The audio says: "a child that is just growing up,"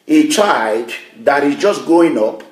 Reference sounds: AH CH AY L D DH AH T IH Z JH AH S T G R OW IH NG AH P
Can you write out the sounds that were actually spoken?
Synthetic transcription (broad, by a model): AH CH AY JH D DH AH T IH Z JH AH S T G OW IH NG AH P